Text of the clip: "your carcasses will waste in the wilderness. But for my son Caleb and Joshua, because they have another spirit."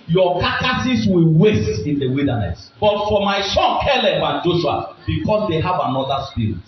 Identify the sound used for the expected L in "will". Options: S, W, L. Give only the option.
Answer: L